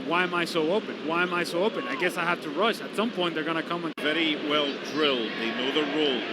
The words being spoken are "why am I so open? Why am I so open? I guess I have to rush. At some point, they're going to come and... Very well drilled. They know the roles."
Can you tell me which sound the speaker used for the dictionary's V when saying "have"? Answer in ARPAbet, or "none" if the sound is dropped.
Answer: F